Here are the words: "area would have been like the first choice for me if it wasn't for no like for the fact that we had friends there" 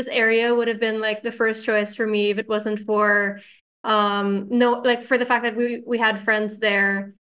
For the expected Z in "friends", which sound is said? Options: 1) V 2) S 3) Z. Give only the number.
3